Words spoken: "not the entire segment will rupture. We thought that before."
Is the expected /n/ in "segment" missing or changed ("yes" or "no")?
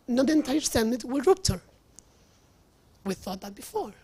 yes